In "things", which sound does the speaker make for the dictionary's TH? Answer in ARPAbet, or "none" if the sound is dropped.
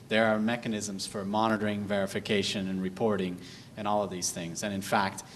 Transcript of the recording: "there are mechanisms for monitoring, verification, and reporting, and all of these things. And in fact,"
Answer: TH